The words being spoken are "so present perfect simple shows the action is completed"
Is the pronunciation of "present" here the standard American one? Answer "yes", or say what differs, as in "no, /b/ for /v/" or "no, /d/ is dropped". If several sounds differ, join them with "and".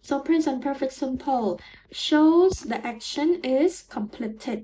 no, /s/ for /z/